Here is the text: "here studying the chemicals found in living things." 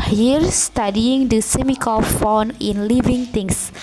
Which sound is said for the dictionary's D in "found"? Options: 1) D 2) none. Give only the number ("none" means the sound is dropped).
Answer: 2